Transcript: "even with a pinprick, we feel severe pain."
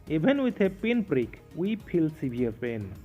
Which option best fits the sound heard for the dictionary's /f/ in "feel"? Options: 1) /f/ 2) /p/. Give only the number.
2